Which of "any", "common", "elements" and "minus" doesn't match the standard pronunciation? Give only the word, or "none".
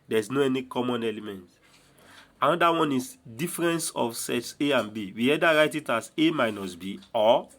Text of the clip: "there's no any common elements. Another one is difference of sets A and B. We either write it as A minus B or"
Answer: elements